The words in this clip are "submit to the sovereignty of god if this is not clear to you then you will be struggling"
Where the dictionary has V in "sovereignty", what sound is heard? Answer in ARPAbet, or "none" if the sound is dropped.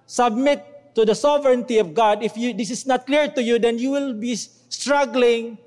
V